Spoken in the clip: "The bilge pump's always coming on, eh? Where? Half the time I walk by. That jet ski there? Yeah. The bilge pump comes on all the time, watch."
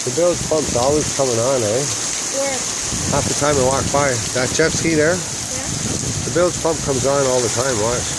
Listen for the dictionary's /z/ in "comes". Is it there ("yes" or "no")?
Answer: yes